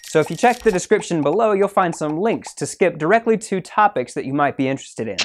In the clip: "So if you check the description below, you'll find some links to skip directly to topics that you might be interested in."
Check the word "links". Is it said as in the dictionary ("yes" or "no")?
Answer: yes